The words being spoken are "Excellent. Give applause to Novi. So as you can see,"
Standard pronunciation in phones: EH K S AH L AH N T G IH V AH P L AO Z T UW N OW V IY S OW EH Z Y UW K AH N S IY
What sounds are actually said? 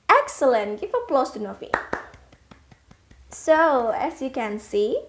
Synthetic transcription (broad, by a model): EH K S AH L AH N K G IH F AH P L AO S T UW N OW F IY S OW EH S Y UW K AH N S IY